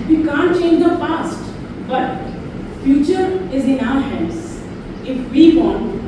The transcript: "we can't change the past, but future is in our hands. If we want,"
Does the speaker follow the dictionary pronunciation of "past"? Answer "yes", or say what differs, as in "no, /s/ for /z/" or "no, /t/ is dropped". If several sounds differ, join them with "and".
no, /f/ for /p/